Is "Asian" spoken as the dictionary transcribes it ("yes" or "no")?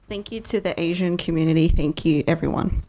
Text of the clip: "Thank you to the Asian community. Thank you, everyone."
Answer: yes